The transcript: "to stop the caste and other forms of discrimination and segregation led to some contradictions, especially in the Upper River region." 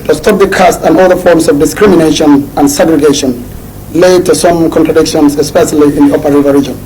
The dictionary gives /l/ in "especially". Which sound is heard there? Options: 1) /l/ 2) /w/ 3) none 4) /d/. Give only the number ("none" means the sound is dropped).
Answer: 1